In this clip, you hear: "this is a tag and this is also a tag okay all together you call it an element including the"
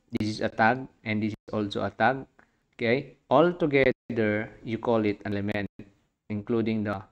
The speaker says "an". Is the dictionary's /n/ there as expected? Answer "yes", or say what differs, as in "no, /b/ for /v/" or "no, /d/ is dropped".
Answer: no, /l/ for /n/